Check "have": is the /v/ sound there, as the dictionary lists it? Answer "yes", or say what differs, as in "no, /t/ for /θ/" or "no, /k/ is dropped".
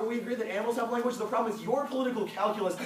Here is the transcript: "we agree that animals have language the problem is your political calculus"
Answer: no, /p/ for /v/